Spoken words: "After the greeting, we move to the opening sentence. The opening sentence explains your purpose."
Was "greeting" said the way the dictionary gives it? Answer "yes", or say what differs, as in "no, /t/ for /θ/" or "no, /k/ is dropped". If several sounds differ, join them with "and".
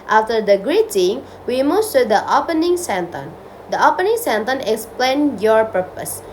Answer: yes